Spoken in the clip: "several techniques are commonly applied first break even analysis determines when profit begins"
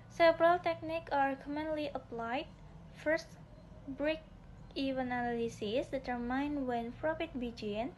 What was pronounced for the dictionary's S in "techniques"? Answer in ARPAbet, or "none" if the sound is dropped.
none